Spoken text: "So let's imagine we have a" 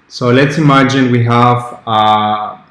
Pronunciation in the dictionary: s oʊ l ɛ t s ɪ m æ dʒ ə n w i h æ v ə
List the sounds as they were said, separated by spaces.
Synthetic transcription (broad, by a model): s oʊ l ɛ t s ɪ m æ dʒ ə n w i h æ v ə